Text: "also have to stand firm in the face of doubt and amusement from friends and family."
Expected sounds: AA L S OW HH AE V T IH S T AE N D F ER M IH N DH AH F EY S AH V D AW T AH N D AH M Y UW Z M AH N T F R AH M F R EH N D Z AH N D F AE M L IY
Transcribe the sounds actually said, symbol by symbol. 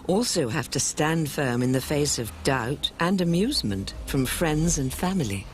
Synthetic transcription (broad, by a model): AA L S OW HH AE F T IH S T AE N D F ER M IH N DH AH F EY S AH V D AW T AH N AH M Y UW Z M AH N T F R AH M F R EH N D Z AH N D F AE M L IY